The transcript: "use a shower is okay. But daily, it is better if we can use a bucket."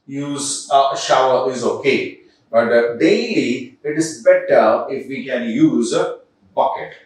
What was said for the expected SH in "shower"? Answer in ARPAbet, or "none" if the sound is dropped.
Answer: SH